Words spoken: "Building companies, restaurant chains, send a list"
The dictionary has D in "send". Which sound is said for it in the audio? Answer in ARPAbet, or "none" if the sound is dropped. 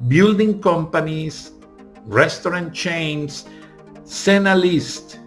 none